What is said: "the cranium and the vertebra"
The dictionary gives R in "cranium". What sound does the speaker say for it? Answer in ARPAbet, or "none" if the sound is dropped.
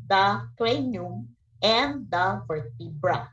L